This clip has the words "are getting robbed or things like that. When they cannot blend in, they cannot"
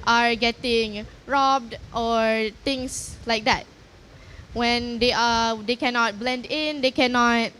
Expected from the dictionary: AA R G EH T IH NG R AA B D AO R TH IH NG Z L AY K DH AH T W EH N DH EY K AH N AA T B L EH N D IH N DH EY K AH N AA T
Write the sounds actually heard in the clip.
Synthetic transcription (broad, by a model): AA R G EH T IH NG R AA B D AO R T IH NG S L AY K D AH T W EH N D EY K AH N AA T B L EH N D IH N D EY K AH N AA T